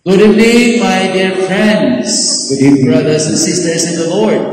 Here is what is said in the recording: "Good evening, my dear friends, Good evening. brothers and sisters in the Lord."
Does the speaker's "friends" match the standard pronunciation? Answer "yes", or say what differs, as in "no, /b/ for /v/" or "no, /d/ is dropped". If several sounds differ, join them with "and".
yes